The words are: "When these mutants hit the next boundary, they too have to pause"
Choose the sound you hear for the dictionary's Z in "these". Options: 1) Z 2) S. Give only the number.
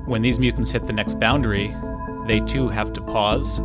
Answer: 1